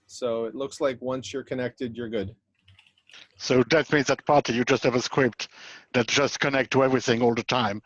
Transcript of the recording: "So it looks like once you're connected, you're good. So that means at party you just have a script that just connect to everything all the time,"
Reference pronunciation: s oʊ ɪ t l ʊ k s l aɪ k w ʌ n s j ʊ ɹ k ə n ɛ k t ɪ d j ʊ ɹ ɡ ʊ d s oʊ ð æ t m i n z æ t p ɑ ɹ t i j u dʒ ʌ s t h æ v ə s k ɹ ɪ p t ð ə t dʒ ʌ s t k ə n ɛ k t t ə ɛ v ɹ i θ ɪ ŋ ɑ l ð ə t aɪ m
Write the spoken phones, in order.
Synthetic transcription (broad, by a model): s oʊ ɪ t l ʊ k s l aɪ k w ʌ n s j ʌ ɹ k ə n ɛ k t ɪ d j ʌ ɹ ɡ ʊ d s oʊ ð æ t m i n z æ t p ɑ ɹ t i j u dʒ ʌ s t h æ v ə s k w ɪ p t ð ə t dʒ ʌ s t k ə n ɛ k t t ə ɛ v ɹ i θ ɪ ŋ ɑ l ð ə t aɪ m